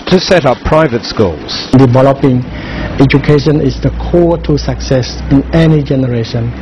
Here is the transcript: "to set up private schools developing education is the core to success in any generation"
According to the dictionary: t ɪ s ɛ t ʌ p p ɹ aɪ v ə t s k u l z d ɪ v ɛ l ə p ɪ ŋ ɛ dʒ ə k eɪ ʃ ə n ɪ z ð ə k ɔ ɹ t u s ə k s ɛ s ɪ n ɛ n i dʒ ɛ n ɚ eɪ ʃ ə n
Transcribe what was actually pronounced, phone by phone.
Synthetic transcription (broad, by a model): t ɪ s ɛ t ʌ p p ɹ aɪ v ə t s k u l z d ɪ v ɛ l ə p ɪ ŋ ɛ dʒ ə k eɪ ʃ ə n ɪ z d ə k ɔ t u s ə k s ɛ s ɪ n ɛ n i dʒ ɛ n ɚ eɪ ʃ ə n